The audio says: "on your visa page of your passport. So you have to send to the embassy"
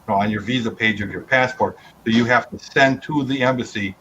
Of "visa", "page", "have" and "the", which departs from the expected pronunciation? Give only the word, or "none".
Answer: have